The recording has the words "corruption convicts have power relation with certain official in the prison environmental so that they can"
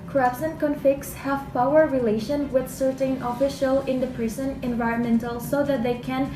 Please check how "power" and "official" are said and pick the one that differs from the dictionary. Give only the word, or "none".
none